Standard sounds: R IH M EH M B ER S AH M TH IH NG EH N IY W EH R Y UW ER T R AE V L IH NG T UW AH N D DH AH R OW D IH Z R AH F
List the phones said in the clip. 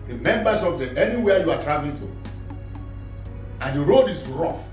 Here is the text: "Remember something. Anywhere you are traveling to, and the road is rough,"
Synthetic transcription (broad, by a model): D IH M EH M B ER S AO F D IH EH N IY W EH Y UW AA T R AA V IH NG T UW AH N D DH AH R OW D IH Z R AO F